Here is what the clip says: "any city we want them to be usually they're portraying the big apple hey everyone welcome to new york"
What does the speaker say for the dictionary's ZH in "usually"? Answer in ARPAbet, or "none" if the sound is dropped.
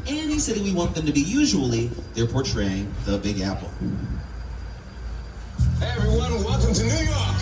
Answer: ZH